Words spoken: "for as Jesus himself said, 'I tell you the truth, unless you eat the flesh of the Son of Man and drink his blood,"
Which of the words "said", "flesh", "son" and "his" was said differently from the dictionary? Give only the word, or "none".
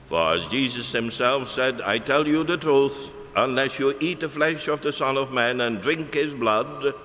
none